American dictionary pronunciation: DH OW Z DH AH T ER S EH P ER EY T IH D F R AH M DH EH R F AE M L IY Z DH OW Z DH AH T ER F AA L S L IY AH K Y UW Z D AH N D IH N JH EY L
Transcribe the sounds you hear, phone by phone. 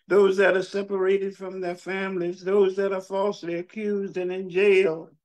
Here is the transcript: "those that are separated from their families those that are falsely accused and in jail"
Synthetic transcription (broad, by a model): DH OW Z DH AH T ER S EH P ER EY T IH D F R AH M DH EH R F AE M L IY Z DH OW Z DH AH T ER F AA L S L IY AH K Y UW Z D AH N IH N JH EY L